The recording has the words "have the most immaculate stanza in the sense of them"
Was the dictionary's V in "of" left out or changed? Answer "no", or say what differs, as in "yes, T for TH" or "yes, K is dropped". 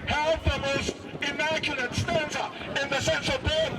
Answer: no